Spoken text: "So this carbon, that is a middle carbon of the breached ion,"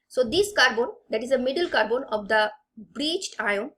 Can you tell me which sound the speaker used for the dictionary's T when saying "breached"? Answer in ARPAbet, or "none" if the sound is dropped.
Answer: T